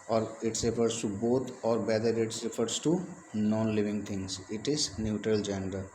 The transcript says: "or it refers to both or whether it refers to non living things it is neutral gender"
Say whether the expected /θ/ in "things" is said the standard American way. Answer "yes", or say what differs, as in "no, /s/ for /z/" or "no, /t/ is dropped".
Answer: no, /t/ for /θ/